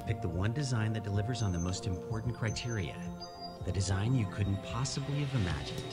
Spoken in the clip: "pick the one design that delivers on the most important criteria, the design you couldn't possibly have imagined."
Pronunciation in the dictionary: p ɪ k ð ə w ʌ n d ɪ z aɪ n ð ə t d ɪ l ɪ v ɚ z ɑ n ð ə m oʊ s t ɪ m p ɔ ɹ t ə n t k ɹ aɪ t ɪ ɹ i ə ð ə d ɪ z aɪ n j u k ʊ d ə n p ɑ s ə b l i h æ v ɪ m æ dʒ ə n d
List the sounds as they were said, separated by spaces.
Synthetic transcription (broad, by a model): p ɪ k ð ə w ʌ n d ɪ z aɪ n ð ə t d ɪ l ɪ v ɚ z n ð ə m oʊ s t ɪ m p ɔ ɹ t n k ɹ aɪ t ɪ ɹ i ə ð ə d ɪ z aɪ n j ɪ k ʊ d n p ɑ s ə b l i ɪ v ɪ m æ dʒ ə n